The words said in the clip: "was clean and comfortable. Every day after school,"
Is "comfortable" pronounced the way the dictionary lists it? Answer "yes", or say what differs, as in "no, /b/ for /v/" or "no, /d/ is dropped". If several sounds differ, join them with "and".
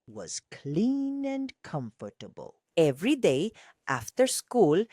yes